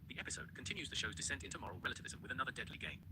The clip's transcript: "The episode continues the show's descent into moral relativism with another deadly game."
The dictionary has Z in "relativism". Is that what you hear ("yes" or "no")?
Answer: yes